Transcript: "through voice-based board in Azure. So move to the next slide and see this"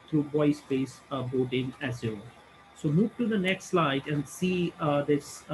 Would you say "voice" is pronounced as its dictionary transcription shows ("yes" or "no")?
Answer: no